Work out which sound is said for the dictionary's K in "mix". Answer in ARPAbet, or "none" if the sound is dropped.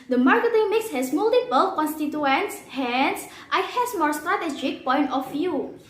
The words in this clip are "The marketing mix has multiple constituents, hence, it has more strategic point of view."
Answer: K